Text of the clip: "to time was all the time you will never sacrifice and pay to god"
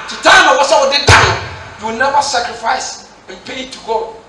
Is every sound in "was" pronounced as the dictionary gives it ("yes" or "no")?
no